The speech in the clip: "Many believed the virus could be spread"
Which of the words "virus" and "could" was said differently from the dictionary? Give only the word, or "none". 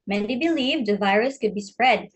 none